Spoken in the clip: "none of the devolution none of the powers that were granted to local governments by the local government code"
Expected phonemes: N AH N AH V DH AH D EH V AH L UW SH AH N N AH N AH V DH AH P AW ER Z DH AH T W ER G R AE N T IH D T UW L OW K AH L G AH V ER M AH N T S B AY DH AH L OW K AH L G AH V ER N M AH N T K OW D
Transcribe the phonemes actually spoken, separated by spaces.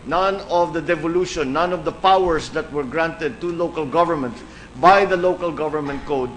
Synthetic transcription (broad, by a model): N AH N AH V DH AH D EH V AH L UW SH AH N N AH N AH V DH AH P AW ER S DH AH T W ER G R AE N T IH D T UW L OW K AH L G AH V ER M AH N T B AY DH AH L OW K AH L G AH V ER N M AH N T K OW D